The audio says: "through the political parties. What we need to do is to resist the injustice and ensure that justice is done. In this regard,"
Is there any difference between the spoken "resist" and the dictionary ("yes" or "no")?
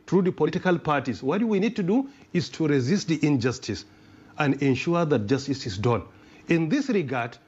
no